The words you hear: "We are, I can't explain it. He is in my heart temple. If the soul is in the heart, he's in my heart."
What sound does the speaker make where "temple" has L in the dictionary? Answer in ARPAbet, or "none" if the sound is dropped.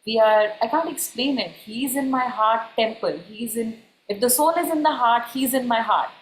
N